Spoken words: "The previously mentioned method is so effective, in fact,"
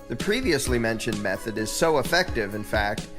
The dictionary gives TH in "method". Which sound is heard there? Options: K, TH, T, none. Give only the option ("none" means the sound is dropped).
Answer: TH